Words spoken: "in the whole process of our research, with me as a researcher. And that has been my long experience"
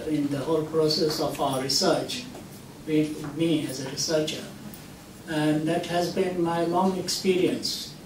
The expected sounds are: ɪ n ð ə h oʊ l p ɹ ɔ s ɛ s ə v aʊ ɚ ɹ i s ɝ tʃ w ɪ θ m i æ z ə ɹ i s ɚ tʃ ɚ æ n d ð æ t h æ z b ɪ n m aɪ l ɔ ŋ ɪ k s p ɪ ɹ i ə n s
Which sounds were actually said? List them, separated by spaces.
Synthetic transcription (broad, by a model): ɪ n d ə h oʊ l p ɹ ɔ s ɛ s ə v aʊ ɚ ɹ i s ɝ tʃ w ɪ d m i æ z ə ɹ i s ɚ tʃ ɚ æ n d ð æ t h æ z b ɪ n m aɪ l ɔ ŋ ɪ k s p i ɹ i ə n s